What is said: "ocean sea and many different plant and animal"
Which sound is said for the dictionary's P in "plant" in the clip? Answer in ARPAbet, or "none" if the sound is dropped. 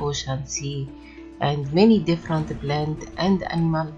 B